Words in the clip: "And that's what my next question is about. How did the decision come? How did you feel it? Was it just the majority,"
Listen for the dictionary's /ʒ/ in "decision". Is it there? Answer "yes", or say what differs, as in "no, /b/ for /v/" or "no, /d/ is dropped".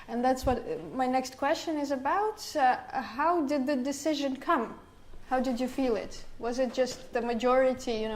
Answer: yes